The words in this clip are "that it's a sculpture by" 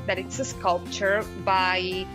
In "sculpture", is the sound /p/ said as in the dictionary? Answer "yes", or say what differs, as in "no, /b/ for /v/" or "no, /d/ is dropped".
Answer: yes